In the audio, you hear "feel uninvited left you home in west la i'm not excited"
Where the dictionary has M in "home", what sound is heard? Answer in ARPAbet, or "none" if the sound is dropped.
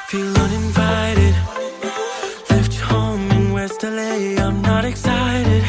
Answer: none